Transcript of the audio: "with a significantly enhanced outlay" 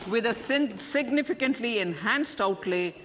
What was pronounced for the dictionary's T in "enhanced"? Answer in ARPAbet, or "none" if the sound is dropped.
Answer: T